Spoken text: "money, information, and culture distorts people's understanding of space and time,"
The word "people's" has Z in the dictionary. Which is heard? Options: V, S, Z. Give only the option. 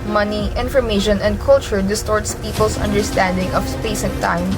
S